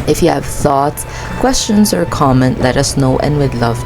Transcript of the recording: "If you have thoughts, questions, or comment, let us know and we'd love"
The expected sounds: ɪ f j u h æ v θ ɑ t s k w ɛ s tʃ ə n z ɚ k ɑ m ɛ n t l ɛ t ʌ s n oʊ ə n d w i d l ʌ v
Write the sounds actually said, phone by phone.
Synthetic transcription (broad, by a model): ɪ f j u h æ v θ ɑ t s k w ɛ s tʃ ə n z ɚ k ɑ m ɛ n l ɛ t ʌ s n oʊ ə n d w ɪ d l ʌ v